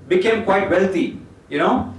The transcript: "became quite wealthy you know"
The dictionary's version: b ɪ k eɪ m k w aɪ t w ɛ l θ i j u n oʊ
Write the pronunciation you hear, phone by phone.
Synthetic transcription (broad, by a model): b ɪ k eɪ m k w aɪ t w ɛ l t i j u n oʊ